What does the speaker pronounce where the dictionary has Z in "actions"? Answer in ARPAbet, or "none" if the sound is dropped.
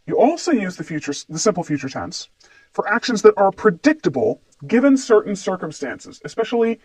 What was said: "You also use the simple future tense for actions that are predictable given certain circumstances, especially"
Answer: Z